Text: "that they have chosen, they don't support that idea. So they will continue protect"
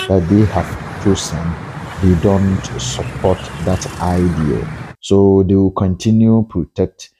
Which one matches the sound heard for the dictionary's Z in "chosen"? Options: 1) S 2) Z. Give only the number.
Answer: 1